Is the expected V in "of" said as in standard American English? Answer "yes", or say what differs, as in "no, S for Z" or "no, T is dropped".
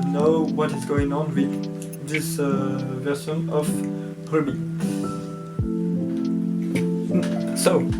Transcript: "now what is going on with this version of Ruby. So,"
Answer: no, P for V